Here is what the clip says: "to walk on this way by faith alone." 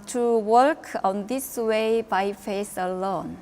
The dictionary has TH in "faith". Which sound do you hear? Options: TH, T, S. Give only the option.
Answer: S